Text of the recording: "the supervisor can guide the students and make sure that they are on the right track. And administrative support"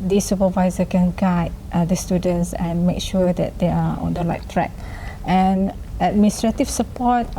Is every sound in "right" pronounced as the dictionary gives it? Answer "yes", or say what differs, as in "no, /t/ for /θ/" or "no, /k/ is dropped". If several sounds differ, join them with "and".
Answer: no, /l/ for /ɹ/